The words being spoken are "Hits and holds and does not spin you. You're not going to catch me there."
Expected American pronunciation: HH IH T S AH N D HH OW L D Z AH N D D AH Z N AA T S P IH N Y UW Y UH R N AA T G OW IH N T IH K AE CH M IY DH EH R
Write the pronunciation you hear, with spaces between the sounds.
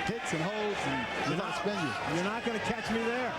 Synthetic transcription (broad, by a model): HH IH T S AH N HH OW L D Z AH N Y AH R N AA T S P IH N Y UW Y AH R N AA T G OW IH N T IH K AE CH M IY DH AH R